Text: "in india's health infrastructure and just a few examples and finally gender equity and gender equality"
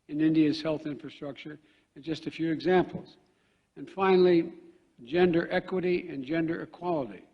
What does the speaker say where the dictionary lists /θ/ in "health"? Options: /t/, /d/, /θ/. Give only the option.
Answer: /θ/